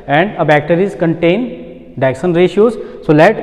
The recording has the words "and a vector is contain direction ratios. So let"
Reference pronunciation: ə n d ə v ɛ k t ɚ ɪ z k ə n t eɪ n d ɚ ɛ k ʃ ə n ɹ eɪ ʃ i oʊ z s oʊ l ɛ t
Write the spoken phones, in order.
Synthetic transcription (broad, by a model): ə n d ə b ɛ k t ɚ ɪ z k ə n t eɪ n d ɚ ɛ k s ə n ɹ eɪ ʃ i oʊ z s oʊ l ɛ t